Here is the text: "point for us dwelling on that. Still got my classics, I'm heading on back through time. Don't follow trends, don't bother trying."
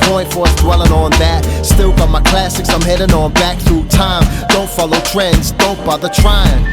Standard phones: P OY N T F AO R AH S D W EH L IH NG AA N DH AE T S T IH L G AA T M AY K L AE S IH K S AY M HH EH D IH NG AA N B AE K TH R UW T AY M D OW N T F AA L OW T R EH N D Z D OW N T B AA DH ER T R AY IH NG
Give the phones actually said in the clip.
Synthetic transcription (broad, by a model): P OY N T F AO R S D W EH L IH NG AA N DH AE T S T IH L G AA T M AY K L AE S IH K S AY M HH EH D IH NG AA N B AE K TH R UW T AY M D OW N T F AA L OW T R EH N D Z D OW N T B AA DH ER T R AY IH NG